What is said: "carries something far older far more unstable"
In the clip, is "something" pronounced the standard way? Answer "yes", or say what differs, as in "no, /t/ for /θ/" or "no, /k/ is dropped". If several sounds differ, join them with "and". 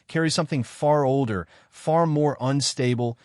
yes